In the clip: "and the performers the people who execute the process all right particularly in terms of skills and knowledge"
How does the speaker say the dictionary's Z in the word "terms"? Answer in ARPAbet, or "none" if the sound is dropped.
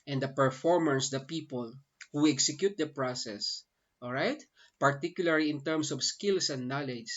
S